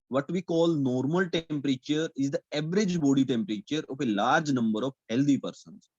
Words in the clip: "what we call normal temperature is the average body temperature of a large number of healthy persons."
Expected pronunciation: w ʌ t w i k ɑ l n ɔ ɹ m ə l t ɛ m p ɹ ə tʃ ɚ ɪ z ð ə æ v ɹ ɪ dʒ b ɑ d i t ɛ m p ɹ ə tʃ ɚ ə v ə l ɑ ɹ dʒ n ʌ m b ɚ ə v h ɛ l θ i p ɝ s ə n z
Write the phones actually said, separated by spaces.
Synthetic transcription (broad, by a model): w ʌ t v i k ɑ l n ɔ ɹ m ə l t ɛ m p ɹ ə tʃ ɚ ɪ z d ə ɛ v ɹ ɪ dʒ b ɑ d i t ɛ m p ɹ ə tʃ ɚ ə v ə l ɑ ɹ dʒ n ʌ m b ɚ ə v h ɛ l t i p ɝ s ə n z